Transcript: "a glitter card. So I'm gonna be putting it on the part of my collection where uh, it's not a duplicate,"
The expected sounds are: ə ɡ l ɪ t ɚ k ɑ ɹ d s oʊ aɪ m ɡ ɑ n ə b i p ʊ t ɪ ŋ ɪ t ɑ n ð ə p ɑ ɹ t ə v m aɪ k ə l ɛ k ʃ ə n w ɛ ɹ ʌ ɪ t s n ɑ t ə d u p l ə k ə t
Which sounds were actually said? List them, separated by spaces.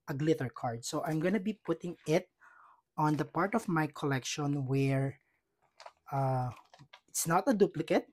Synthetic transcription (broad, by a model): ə ɡ l ɪ t ɚ k ɑ ɹ d s oʊ aɪ m ɡ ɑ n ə b i p ʊ t ɪ ŋ ɪ t ɑ n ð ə p ɑ ɹ t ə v m aɪ k ə l ɛ k ʃ ə n w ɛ ɹ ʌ ɪ t s n ɑ t ə d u p l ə k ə t